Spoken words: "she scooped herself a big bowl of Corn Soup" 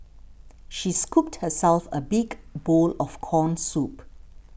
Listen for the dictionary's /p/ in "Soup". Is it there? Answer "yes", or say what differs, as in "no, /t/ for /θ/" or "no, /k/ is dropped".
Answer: yes